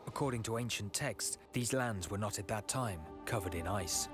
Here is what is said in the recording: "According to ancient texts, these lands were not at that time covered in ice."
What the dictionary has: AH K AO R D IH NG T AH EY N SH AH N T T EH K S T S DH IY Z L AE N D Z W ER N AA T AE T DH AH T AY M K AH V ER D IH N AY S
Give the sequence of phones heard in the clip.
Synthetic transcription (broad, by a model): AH K AO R D IH NG T AH EY N SH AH N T T EH K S S DH IY Z L AE N D Z W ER N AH T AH T DH AH T AY M K AH V ER D IH N AY S